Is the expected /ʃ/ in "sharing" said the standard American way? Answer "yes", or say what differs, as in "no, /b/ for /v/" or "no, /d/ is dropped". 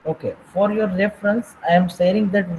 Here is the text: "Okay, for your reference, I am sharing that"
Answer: no, /s/ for /ʃ/